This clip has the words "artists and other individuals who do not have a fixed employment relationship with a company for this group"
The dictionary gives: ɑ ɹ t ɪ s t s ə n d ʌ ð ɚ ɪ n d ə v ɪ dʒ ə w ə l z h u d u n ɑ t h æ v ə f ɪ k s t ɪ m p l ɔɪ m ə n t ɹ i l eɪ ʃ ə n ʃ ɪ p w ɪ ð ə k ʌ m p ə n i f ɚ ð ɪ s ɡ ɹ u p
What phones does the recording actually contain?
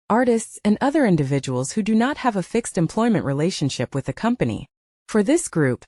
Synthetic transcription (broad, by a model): ɑ ɹ t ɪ s t s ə n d ʌ ð ɚ ɪ n d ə v ɪ dʒ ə w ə l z h u d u n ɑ t h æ v ə f ɪ k s t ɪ m p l ɔɪ m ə n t ɹ i l eɪ ʃ ə n ʃ ɪ p w ɪ ð ə k ʌ m p ə n i f ɚ ð ɪ s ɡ ɹ u p